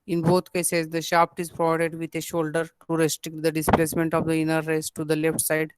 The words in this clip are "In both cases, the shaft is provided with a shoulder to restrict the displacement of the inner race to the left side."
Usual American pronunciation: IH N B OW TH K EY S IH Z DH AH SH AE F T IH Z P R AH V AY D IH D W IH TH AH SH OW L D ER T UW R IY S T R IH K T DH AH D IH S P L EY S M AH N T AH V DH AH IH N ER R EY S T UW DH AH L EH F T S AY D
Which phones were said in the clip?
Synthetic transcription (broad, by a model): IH N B OW T K EY S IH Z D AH SH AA P T IH Z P R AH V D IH D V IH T AH SH OW L D ER T UW R IY S T R IH K T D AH D IH S P L EY S M AH N T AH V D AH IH N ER R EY S T UW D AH L EH F T S AY D